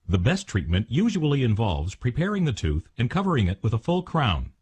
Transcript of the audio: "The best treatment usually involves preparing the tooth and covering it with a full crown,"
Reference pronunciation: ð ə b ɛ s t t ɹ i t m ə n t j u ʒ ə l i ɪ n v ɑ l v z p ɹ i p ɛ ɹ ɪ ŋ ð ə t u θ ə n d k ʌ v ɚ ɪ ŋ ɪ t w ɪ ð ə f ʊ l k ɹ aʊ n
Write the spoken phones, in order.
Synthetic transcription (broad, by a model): ð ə b ɛ s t t ɹ i t m ə n t j u ʒ ə l i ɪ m v ɑ l v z p ɹ i p ɛ ɹ ɪ ŋ ð ə t u θ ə n k ʌ v ɚ ɪ ŋ ɪ t w ɪ ð ə f ʊ l k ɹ aʊ n